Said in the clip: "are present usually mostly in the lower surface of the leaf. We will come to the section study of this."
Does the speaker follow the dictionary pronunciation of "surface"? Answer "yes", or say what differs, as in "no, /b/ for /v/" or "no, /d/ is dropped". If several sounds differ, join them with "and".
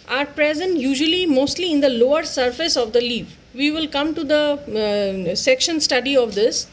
yes